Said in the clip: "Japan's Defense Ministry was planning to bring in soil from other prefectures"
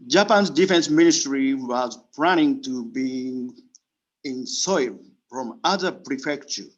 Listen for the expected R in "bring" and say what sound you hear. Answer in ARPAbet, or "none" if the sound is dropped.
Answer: none